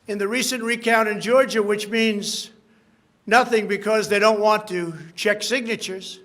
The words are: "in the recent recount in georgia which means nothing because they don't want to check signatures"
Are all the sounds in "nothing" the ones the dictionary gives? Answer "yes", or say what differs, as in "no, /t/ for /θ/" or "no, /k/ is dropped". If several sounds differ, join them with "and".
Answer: yes